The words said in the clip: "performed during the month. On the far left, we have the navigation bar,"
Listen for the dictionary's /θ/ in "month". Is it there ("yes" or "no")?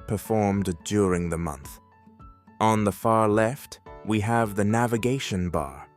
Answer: yes